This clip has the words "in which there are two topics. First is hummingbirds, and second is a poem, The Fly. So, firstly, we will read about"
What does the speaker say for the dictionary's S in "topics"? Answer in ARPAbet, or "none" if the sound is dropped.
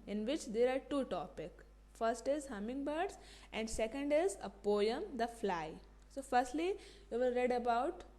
none